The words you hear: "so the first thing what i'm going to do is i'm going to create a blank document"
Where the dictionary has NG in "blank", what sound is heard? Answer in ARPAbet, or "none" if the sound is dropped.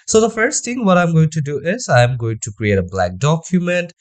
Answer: none